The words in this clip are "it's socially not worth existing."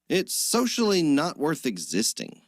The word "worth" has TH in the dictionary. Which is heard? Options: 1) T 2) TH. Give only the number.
2